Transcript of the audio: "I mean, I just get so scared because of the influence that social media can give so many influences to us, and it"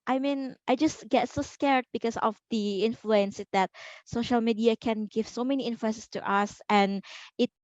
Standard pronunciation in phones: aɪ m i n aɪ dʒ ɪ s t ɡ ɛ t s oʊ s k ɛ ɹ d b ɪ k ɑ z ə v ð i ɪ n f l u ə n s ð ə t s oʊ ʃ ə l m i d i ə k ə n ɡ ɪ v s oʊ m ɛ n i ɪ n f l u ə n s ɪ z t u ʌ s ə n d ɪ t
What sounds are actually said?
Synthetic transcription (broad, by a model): aɪ m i n aɪ dʒ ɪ s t ɡ ɛ t s oʊ s k ɛ ɹ d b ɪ k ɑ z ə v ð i ɪ n f l u ə n s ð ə t s oʊ ʃ ə l m i d i ə k ə n ɡ ɪ v s oʊ m ɛ n i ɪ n f l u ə n s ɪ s t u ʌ s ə n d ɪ t